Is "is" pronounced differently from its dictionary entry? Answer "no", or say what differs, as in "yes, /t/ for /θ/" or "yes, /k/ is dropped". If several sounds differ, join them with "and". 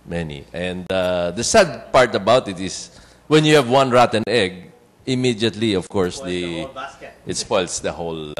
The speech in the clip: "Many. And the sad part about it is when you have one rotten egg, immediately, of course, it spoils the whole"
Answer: yes, /s/ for /z/